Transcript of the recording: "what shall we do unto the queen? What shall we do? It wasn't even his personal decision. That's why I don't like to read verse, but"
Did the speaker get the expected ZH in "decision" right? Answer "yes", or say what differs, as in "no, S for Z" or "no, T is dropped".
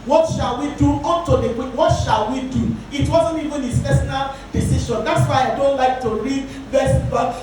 no, SH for ZH